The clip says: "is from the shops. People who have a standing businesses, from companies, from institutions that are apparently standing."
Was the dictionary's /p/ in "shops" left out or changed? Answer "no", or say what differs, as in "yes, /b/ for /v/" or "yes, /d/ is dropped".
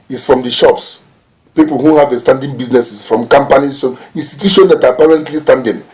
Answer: no